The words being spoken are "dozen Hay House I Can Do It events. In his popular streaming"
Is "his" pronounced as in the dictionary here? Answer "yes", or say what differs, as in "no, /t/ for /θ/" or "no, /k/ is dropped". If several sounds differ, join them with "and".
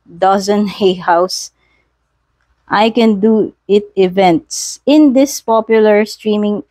no, /s/ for /z/